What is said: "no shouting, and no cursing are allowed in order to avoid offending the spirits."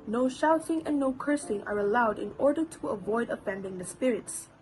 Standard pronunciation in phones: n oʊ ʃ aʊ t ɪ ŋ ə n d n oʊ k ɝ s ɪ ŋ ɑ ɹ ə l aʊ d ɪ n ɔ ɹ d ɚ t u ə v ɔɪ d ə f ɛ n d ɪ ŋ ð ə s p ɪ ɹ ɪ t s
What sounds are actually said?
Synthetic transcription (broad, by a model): n oʊ ʃ aʊ t ɪ ŋ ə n n oʊ k ɝ s ɪ ŋ ɑ ɹ ə l aʊ d ɪ n ɔ ɹ d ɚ t u ə v ɔɪ d ə f ɛ n d ɪ ŋ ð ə s p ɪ ɹ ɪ t s